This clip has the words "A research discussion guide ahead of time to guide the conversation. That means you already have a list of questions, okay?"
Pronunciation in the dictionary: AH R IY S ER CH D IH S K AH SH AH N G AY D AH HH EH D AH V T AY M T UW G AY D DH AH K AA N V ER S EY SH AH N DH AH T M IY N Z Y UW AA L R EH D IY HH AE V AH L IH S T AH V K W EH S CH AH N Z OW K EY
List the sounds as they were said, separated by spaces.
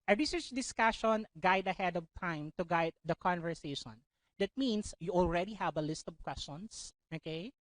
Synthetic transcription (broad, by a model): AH R IY S ER CH D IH S K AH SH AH N G AY D AH HH EH D AH V T AY M T UW G AY D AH K AA N V ER S EY SH AH N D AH T M IY N S Y UW AA L R EH D IY HH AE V AH L IH S T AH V K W EH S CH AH N S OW K EY